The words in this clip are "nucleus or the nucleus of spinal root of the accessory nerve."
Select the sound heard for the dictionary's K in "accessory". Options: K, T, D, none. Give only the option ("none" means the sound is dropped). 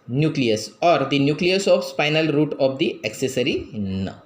K